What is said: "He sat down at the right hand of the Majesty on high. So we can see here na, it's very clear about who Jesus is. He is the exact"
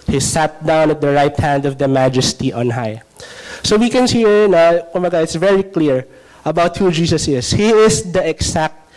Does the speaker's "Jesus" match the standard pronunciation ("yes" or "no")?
no